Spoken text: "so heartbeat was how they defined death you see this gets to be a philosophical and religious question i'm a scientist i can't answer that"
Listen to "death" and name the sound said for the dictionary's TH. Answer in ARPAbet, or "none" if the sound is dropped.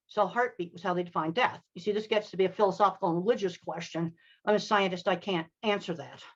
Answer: TH